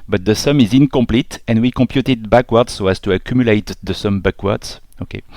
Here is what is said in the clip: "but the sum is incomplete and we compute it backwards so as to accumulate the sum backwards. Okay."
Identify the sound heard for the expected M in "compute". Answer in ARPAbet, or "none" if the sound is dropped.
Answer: M